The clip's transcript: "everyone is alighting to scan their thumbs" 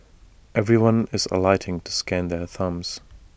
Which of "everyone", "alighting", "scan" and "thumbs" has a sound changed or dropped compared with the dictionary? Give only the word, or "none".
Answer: none